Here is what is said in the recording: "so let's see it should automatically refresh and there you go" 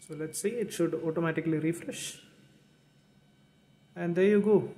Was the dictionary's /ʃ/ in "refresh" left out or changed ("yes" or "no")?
no